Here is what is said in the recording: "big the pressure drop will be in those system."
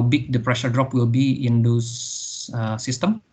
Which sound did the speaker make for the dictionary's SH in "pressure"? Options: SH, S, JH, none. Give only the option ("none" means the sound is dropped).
SH